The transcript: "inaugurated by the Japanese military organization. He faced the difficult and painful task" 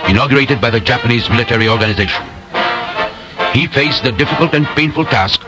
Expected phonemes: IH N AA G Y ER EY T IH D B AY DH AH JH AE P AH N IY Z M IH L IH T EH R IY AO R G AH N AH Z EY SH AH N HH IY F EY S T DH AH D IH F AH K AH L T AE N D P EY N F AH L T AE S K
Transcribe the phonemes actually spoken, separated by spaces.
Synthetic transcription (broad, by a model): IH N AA G Y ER EY T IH D B AY DH AH JH AE P AH N IY Z M IH L IH T EH R IY AO R G AH N AH Z EY SH AH N HH IY F EY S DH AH D IH F AH K AH L T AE N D P EY N F AH L T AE S K